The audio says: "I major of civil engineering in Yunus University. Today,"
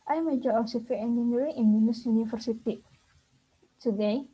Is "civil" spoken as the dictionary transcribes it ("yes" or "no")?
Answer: no